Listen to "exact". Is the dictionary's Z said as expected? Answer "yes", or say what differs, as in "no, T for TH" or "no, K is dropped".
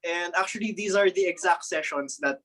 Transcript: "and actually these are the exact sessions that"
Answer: yes